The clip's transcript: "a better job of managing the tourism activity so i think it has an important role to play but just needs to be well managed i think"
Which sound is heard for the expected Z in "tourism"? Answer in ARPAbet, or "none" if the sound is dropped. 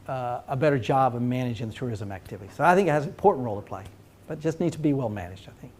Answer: Z